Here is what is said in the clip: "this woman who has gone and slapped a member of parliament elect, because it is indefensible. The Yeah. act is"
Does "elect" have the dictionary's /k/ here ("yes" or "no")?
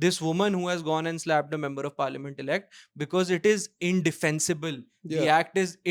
yes